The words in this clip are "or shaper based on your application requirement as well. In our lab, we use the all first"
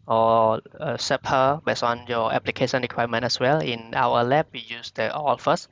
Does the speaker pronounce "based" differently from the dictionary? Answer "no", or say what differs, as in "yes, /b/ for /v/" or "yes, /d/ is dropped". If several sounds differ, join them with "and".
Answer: yes, /t/ is dropped